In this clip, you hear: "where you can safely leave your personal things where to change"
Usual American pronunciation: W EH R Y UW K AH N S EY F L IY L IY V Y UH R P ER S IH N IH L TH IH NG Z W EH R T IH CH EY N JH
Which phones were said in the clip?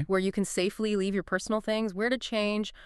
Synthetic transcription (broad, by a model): W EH R Y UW K AH N S EY F L IY L IY V Y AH R P ER S N L TH IH NG Z W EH R T IH CH EY N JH